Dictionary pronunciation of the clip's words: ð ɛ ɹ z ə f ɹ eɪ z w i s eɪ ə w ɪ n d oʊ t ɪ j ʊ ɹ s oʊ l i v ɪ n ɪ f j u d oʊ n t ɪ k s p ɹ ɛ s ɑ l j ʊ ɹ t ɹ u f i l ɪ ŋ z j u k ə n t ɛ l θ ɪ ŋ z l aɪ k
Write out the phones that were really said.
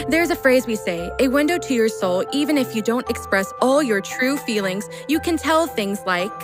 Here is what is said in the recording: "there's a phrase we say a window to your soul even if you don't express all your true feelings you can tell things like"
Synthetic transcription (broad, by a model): ð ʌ ɹ z ə f ɹ eɪ z w i s eɪ ə w ɪ n d oʊ t ɪ j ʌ ɹ s oʊ l i v ɪ n ɪ f j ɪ d oʊ n t ɪ k s p ɹ ɛ s ɑ l j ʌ ɹ t ɹ u f i l ɪ ŋ z j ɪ k ə n t ɛ l θ ɪ ŋ z l aɪ k